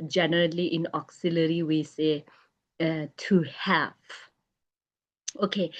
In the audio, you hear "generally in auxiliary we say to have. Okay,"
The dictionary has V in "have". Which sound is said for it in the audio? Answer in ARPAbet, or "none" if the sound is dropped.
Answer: F